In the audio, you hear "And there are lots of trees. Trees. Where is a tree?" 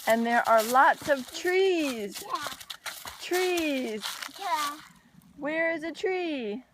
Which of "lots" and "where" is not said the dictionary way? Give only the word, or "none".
none